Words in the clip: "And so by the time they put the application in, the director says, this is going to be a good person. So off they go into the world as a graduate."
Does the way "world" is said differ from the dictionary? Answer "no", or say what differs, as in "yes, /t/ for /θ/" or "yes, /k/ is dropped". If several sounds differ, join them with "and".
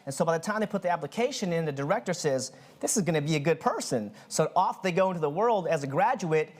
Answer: no